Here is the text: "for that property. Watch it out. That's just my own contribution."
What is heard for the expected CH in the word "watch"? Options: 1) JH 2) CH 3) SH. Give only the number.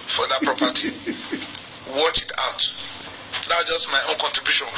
2